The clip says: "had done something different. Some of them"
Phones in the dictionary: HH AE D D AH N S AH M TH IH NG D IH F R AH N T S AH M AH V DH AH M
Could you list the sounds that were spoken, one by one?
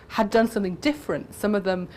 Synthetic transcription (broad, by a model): HH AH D D AH N S AH M TH IH NG D IH F R AH N T S AH M AH V DH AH M